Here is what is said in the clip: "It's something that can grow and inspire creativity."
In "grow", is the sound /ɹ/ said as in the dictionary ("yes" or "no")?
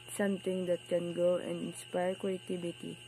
no